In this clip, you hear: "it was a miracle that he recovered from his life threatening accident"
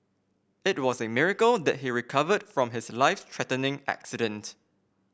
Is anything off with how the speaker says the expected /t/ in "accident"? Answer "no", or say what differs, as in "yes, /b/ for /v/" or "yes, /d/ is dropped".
no